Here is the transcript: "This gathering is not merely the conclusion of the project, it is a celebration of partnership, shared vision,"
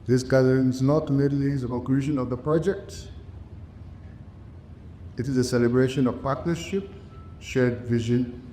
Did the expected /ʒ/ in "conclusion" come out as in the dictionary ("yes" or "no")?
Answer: no